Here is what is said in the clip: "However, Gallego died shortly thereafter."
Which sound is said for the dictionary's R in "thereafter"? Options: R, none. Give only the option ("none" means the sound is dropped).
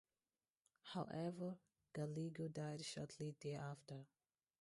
none